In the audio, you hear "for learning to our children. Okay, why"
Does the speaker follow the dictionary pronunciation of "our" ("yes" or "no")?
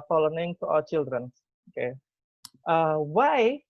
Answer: no